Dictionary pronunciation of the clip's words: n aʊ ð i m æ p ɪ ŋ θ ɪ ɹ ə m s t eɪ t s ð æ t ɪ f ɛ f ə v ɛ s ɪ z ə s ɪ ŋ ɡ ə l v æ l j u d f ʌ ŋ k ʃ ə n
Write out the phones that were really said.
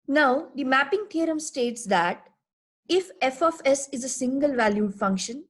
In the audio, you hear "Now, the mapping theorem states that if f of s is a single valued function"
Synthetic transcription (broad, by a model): n aʊ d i m æ p ɪ ŋ t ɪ ɹ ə m s t eɪ t s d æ t ɪ f ɛ f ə f ɛ s ɪ z ə s ɪ ŋ ɡ ə l v æ l j u d f ʌ ŋ k ʃ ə n